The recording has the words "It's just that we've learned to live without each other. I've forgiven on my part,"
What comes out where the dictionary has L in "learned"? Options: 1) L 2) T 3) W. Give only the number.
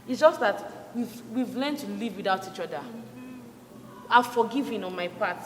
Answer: 3